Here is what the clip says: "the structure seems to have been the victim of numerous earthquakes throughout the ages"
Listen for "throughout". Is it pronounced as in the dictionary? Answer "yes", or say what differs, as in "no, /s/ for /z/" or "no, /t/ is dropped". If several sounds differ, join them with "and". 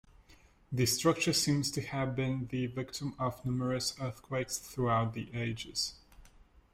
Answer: yes